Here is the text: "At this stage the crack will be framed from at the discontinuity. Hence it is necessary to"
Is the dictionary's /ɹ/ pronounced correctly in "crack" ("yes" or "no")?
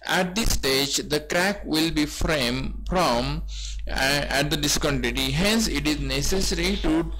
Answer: yes